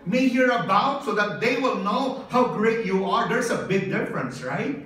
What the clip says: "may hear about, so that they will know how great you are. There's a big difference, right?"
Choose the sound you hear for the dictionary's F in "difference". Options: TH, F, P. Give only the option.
F